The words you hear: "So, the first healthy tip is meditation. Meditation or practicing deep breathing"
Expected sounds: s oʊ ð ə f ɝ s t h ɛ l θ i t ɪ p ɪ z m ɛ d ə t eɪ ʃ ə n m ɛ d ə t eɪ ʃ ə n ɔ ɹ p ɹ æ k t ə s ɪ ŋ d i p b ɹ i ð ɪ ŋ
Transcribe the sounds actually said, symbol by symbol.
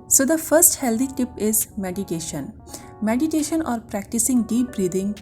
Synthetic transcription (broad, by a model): s oʊ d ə f ɝ s t h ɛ l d i t ɪ p ɪ z m ɛ d ə t eɪ ʃ ə n m ɛ d ə t eɪ ʃ ə n ɔ ɹ p ɹ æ k t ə s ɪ ŋ d i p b ɹ i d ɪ ŋ